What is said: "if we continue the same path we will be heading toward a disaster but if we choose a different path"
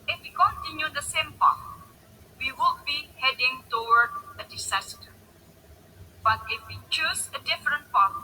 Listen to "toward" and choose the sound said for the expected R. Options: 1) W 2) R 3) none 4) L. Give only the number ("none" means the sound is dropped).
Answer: 1